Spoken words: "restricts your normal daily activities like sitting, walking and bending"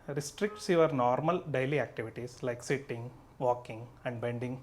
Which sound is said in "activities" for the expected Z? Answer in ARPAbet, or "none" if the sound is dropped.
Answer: S